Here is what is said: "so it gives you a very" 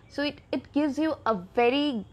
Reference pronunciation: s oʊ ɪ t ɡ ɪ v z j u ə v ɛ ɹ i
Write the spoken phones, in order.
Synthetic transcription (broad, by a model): s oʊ ɪ t ɡ ɪ v z j u ə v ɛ ɹ i